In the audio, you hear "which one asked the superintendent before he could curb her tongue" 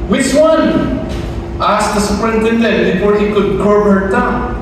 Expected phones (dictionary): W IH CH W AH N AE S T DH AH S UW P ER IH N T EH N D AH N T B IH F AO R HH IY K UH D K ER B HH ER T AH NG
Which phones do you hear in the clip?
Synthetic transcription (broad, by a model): W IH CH W AH N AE S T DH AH S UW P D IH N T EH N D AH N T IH P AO R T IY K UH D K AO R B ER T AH